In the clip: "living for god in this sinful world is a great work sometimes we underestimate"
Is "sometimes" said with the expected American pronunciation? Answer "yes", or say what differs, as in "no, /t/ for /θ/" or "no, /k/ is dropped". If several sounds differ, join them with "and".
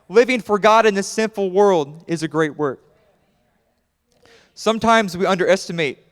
yes